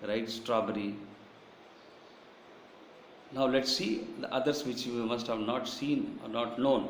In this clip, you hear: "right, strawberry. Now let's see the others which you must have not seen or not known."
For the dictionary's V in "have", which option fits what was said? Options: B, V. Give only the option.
V